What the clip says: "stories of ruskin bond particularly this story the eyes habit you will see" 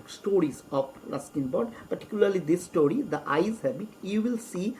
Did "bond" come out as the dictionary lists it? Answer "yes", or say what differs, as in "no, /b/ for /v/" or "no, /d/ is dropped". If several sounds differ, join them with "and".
no, /n/ is dropped